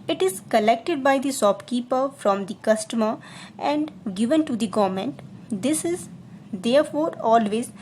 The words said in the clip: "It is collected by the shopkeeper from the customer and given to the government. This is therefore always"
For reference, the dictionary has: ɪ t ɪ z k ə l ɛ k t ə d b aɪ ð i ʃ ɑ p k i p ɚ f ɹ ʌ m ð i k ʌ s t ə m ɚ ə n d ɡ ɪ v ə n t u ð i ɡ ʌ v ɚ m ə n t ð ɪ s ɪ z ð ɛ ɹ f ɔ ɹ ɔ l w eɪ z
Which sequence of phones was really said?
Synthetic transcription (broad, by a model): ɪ t ɪ z k ə l ɛ k t ə d b aɪ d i s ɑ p k i p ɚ f ɹ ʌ m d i k ʌ s t ə m ɚ ə n d ɡ ɪ v ə n t u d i ɡ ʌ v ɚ m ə n t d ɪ s ɪ z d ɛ ɹ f ɔ ɹ ɔ l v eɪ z